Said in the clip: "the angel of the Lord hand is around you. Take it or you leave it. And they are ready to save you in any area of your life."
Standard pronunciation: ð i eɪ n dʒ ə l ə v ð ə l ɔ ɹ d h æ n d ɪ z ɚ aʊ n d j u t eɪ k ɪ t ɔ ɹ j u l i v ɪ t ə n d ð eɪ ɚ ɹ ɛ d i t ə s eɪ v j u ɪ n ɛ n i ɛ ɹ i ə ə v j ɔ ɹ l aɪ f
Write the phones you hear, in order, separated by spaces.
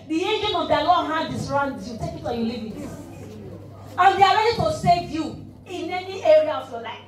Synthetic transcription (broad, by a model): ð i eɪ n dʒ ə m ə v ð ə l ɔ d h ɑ d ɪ s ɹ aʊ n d j u t eɪ k ɪ t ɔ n j u l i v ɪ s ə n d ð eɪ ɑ ɹ ɛ d i t ə s eɪ v j u ɪ n ɛ n i ɛ ɹ i ə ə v j ɔ l aɪ f